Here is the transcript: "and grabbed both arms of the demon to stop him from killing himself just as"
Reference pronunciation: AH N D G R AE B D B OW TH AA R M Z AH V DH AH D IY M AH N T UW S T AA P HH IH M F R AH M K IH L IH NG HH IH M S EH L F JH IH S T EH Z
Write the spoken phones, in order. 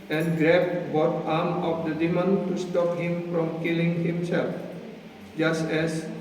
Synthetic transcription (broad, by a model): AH N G R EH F B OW T AA M AH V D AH D IY M AH N T UW S T AA P HH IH M F R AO M K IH L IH NG HH IH M S EH L F JH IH S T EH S